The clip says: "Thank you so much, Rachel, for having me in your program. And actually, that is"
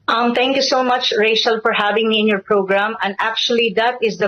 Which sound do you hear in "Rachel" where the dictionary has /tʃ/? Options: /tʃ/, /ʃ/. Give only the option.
/ʃ/